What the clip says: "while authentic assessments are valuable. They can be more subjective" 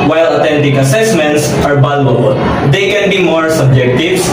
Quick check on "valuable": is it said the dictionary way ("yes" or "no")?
no